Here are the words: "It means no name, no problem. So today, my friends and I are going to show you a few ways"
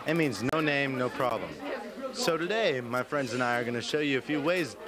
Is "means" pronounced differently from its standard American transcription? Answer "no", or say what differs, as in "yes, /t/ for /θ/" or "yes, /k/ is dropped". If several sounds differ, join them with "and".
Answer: no